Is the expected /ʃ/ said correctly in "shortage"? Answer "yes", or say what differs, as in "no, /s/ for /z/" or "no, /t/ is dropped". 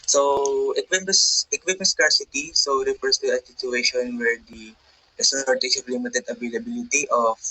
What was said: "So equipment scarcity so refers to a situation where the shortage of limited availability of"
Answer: no, /s/ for /ʃ/